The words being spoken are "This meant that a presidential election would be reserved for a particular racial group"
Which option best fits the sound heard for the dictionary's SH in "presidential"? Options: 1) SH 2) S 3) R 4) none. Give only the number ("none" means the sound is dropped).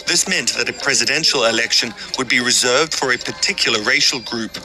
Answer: 1